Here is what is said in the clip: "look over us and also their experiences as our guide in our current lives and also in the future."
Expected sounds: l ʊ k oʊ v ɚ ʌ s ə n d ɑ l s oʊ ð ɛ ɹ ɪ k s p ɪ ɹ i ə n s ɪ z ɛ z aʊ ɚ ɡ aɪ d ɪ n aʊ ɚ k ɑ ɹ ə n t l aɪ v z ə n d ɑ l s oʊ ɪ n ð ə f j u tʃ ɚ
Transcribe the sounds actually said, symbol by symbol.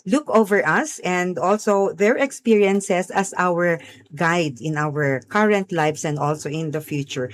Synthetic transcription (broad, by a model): l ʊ k oʊ v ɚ ʌ s ə n d ɑ l s oʊ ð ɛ ɹ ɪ k s p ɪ ɹ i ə n s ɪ s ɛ s aʊ ɚ ɡ aɪ d ɪ n aʊ ɚ k ɑ ɹ ə n t l aɪ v s ə n d ɑ l s oʊ ɪ n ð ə f j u tʃ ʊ